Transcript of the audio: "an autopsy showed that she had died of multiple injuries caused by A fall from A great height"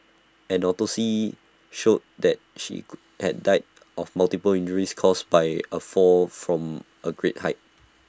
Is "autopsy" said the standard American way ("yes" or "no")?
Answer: no